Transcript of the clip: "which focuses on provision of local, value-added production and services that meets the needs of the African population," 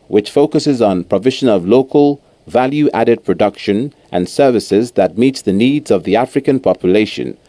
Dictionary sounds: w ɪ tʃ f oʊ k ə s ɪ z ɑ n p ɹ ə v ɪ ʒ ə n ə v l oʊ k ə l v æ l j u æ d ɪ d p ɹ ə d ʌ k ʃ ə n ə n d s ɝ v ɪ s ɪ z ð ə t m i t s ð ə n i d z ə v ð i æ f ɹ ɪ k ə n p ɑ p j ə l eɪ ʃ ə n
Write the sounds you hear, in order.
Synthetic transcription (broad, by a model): w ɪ tʃ f oʊ k ə s ɪ z n p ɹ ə v ɪ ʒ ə n ə v l oʊ k ə l v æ l j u æ d ɪ d p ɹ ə d ʌ k ʃ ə n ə n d s ɝ v ɪ s ɪ z ð ə t m i t s ð ə n i d z ə v ð i æ f ɹ ɪ k ə n p ɑ p j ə l eɪ ʃ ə n